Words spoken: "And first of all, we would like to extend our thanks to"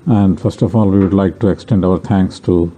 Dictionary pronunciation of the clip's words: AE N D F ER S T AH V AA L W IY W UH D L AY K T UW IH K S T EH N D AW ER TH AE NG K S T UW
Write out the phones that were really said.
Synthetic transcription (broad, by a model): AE N D F ER S T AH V AA L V IY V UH D L AY K T UW IH K S T EH N D AW ER T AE NG K S T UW